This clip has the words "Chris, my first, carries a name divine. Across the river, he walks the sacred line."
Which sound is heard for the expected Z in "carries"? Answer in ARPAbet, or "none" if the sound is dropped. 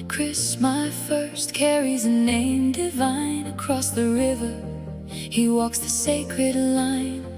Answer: Z